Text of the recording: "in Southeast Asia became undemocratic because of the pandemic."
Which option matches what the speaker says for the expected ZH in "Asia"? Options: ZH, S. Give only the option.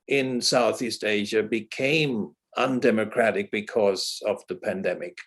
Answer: ZH